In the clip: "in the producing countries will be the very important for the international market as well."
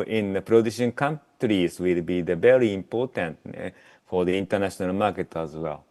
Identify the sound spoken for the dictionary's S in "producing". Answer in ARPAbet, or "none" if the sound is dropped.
SH